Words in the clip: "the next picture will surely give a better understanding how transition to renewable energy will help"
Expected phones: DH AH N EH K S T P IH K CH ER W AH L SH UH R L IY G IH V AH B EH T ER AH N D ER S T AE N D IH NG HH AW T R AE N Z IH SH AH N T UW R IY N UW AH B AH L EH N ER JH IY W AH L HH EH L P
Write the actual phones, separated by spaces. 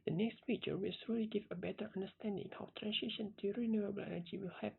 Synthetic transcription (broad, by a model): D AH N EH K S T F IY CH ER W AH L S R L IY G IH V AH B EH T ER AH N D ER S T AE N D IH NG HH AW T R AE N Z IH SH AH N T UW R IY N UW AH B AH L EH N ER JH IY W AH L HH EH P